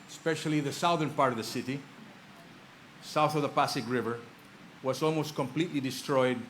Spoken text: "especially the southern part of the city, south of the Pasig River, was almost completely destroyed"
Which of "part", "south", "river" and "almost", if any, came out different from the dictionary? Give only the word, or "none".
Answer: none